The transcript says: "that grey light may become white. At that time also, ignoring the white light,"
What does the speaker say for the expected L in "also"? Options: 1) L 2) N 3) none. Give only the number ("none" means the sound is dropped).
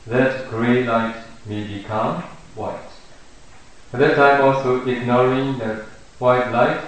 1